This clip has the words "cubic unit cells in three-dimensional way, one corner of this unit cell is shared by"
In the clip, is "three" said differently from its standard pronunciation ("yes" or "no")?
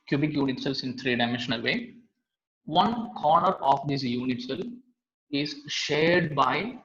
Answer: yes